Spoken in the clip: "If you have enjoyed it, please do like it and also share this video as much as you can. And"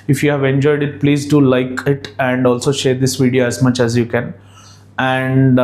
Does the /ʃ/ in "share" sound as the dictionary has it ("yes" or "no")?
yes